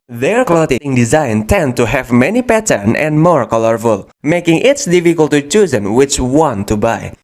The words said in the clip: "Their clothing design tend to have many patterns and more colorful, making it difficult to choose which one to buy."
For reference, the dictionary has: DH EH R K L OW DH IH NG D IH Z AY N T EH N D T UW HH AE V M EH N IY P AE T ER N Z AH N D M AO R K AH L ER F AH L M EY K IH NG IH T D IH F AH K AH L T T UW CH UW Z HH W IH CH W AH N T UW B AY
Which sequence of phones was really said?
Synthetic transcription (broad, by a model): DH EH R K L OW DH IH NG D IH Z AY N T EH N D T UW HH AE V M EH N IY P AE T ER N AH N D M AO R K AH L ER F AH L M EY K IH NG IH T D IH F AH K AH L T T UW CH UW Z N W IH CH W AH N T UW B AY